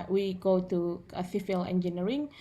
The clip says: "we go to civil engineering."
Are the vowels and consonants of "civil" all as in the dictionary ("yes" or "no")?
no